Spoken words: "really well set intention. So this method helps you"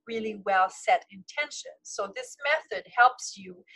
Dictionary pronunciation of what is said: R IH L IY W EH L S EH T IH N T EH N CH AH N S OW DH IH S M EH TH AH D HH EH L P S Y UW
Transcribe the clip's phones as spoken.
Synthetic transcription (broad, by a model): R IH L IY W EH L S EH T IH N T EH N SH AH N S OW DH IH S M EH TH AH D HH EH L P S Y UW